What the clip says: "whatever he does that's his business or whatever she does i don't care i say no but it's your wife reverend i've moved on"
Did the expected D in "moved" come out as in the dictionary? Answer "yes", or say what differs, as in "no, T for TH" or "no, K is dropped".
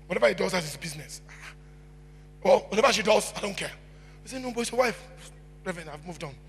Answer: yes